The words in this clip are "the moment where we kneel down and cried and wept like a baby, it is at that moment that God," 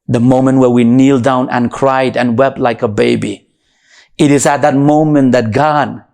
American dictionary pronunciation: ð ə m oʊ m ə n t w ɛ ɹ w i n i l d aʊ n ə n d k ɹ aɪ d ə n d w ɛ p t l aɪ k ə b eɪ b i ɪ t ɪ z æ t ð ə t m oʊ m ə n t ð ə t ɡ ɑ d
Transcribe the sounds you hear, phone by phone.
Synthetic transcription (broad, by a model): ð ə m oʊ m ə n t w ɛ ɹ w i n i l d aʊ n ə n k ɹ aɪ d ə n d w ɛ p t l aɪ k ə b eɪ b i ɪ t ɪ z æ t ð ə t m oʊ m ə n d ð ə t ɡ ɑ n